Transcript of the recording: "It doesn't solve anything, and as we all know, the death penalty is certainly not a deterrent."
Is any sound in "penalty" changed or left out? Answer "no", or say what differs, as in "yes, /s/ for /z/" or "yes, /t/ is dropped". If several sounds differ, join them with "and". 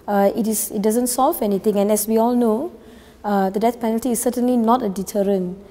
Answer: no